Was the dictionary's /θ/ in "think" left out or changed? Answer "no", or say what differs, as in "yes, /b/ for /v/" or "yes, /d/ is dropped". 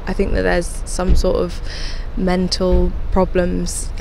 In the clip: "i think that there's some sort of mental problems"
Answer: no